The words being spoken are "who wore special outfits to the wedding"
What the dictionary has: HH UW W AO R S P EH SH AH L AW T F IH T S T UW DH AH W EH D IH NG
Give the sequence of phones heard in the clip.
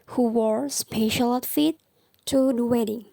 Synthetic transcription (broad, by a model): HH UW W AO R S P EH SH AH L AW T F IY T T UW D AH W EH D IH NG